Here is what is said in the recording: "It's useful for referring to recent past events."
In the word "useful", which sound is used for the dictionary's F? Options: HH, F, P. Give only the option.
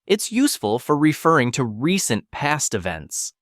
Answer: F